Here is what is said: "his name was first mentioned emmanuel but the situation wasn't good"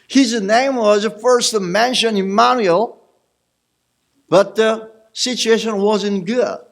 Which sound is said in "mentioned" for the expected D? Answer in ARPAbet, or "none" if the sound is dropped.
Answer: none